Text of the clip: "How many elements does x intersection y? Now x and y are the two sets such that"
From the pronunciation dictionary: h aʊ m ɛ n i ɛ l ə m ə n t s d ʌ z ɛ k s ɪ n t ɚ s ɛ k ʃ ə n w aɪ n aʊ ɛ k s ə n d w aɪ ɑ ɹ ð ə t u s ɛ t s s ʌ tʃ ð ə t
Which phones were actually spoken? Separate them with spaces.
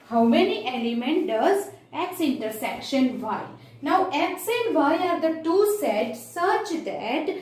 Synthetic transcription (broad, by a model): h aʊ m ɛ n i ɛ l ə m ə n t d ʌ z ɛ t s ɪ n t ɚ s ɛ k ʃ ə n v aɪ n aʊ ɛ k s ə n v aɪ ɑ ɹ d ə t u s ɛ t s s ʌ tʃ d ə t